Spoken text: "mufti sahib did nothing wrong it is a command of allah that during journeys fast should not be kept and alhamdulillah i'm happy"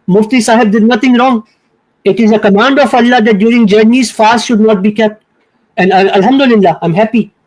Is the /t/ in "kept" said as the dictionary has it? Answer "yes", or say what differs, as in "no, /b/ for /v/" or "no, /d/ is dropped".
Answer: yes